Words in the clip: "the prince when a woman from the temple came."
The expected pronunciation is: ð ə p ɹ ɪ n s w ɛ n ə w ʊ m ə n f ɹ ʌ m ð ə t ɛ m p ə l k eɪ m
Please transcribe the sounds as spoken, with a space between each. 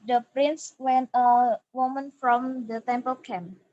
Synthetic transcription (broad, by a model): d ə p ɹ ɪ n s w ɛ n ə w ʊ m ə n f ɹ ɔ m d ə t ɛ m p ə l k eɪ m